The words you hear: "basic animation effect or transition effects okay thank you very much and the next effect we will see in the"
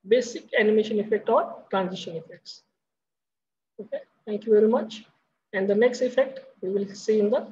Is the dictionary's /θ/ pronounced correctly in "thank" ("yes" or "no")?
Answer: no